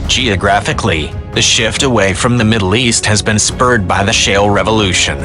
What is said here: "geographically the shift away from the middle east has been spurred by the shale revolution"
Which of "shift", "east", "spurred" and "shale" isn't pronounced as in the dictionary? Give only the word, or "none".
none